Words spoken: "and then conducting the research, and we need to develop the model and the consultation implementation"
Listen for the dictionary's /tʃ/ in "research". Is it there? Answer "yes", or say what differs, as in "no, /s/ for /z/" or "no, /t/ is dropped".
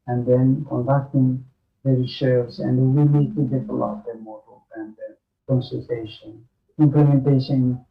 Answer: no, /s/ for /tʃ/